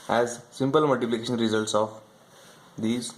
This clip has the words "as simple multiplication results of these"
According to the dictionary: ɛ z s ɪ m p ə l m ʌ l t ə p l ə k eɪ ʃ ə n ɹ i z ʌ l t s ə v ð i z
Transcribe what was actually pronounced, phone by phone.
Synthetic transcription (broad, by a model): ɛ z s ɪ m p ə l m ʌ l t ə p l ə k eɪ ʃ ə n ɹ i z ʌ l t s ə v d i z